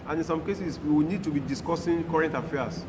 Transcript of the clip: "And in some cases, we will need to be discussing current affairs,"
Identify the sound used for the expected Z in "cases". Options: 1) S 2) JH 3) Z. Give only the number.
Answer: 1